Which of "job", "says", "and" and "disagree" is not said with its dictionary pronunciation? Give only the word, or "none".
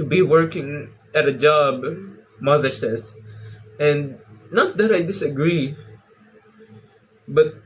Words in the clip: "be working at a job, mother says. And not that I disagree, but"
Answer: says